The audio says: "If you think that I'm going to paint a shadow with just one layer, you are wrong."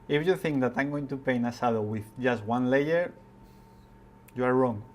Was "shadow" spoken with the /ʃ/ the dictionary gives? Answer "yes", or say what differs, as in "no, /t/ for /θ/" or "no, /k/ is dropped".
no, /s/ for /ʃ/